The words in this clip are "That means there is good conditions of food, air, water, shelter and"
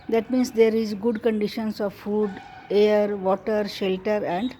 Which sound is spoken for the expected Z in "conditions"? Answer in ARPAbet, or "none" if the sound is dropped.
S